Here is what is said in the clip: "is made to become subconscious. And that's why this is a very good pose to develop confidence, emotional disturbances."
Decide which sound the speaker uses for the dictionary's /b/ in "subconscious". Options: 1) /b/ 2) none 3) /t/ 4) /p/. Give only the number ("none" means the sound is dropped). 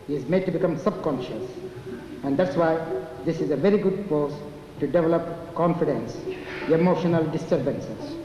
1